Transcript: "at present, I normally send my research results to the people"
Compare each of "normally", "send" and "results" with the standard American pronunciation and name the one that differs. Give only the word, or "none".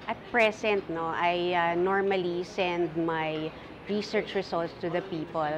results